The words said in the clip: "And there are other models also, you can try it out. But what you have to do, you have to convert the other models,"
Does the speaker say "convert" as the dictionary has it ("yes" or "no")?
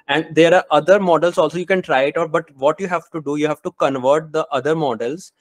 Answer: yes